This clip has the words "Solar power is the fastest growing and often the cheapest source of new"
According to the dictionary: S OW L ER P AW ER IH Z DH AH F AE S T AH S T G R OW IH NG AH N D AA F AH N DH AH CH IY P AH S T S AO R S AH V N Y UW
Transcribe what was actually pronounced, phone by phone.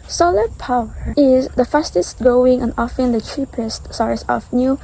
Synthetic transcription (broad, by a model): S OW L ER P AW ER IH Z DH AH F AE S T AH S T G OW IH NG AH N AA F AH N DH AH CH IY P AH S T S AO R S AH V N Y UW